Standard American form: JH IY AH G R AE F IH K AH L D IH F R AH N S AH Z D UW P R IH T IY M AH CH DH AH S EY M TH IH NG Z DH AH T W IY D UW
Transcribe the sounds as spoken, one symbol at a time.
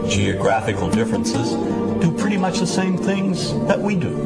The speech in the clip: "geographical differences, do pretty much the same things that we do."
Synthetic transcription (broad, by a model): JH IY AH G R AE F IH K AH L D IH F R AH N S AH Z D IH P R IH T IY M AH CH DH AH S EY M TH IH NG Z DH AH T W IY D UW